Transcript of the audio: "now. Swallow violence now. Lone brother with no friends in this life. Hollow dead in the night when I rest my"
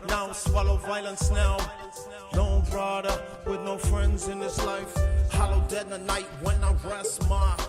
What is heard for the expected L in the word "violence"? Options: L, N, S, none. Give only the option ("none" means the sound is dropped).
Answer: L